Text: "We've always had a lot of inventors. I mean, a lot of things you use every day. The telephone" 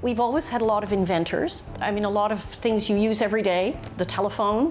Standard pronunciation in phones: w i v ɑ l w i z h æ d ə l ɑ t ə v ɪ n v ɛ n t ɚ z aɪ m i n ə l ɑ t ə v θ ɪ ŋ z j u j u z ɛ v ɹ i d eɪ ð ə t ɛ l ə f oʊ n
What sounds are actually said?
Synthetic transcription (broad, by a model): w i v ɑ l w i z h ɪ d ə l ɑ t ə v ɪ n v ɛ n t ɚ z aɪ m i n ə l ɑ t ə v θ ɪ ŋ z j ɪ j u z ɛ v ɹ i d eɪ ð ə t ɛ l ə f oʊ n